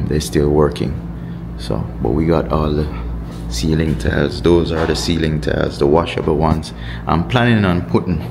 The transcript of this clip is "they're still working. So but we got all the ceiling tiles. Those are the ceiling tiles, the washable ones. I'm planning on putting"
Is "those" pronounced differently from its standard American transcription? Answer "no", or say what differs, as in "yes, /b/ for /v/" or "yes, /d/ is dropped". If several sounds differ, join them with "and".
no